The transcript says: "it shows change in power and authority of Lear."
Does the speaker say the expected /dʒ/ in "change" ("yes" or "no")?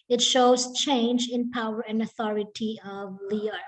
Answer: yes